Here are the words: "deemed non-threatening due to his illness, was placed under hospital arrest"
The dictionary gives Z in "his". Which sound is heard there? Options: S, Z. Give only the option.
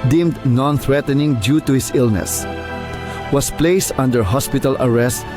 S